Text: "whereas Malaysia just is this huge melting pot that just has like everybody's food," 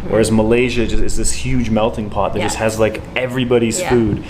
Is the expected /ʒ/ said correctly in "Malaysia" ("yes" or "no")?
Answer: yes